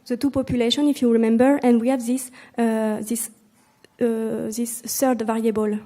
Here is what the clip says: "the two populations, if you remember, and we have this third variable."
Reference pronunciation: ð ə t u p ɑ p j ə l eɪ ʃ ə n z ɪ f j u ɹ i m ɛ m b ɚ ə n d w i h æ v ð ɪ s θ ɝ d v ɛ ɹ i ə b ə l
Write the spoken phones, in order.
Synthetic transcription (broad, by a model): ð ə t u p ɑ p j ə l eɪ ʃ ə n ɪ f j u ɹ i m ɛ m b ɚ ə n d w i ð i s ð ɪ s s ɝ d v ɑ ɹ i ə b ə l